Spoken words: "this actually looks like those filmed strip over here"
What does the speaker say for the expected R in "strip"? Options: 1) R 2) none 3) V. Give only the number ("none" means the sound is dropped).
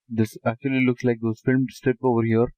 2